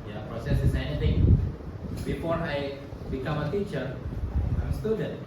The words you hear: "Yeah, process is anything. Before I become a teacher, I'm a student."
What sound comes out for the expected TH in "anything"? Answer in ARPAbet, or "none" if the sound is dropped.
T